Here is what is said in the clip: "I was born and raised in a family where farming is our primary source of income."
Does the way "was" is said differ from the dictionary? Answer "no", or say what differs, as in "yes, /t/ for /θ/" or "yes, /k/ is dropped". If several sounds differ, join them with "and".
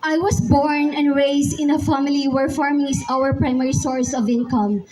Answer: yes, /s/ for /z/